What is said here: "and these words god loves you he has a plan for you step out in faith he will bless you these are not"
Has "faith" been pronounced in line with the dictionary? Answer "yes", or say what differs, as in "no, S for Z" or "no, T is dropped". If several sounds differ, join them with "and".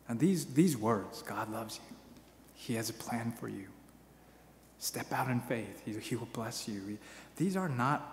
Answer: yes